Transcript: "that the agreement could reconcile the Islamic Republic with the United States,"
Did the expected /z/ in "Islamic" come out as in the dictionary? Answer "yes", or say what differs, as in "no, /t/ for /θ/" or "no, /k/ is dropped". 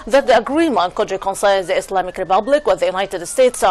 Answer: no, /s/ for /z/